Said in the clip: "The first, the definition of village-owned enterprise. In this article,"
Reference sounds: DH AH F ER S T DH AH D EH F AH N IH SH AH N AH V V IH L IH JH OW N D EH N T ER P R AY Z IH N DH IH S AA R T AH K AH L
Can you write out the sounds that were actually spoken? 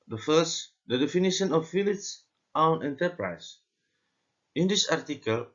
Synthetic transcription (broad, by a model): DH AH F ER S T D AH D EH F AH N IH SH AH N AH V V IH L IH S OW N EH N T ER P R AY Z IH N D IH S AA R T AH K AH L